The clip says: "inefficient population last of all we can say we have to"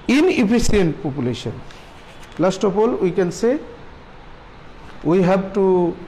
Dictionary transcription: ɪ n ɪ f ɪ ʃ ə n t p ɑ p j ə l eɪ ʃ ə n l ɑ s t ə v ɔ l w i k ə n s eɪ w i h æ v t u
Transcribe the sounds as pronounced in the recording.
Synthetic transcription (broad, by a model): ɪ n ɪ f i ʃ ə n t p ɑ p j ə l eɪ ʃ ə n l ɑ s t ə p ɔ l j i k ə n s eɪ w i h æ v t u